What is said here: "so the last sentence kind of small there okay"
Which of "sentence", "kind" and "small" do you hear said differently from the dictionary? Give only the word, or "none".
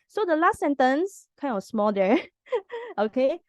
kind